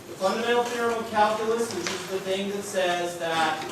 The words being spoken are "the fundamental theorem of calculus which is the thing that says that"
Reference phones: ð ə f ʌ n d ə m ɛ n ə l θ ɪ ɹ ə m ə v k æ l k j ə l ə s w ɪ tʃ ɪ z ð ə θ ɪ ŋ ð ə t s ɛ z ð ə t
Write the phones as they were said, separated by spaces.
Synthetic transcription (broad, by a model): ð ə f ʌ n d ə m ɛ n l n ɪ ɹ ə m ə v k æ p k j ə l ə s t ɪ s ɪ z ð ə θ ɪ ŋ ð ə t s ɛ z ð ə t